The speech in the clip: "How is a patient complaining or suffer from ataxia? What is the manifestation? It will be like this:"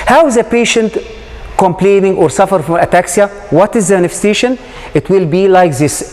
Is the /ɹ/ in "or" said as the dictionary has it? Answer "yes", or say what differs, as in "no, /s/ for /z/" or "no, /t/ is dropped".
yes